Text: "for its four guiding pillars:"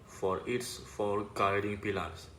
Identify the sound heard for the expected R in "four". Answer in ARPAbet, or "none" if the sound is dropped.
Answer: L